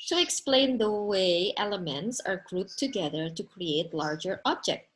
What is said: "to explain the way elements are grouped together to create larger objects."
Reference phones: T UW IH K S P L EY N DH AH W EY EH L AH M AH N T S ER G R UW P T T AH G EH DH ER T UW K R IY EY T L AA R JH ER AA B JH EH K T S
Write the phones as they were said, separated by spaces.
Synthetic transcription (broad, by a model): T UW IH K S P L EY N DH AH W EY EH L AH M AH N T S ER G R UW T T AH G EH DH ER T UW K R IY EY T L AA R JH ER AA B JH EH K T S